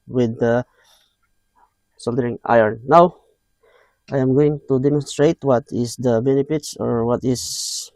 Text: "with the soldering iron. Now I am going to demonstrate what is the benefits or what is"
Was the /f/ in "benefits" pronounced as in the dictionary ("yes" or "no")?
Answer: no